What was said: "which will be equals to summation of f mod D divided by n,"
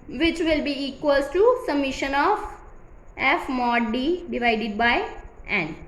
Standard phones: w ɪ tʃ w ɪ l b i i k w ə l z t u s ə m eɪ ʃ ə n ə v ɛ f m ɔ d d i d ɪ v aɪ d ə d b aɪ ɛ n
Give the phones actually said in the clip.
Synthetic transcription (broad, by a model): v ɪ tʃ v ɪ l b i i k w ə l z t u s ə m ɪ ʃ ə n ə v ɛ f m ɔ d d i d ɪ v aɪ d ə d b aɪ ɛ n